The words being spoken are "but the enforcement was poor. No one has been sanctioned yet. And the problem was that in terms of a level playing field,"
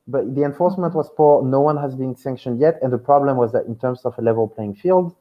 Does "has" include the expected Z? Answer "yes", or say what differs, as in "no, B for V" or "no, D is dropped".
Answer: yes